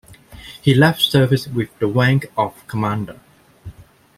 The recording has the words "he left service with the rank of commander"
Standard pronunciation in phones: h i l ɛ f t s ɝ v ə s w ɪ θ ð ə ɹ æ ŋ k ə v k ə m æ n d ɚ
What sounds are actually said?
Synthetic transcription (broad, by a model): h i l ɛ f t s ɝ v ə s w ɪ ð ə w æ ŋ k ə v k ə m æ n d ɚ